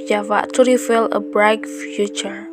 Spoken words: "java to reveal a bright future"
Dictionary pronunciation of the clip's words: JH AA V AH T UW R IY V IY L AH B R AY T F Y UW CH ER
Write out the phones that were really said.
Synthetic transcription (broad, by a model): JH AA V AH T UW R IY F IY L AH B R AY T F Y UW CH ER